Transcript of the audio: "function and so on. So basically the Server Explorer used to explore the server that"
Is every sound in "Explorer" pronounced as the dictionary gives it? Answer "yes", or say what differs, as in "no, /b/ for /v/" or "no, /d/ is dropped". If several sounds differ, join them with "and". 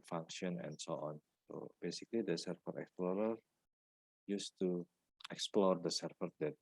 yes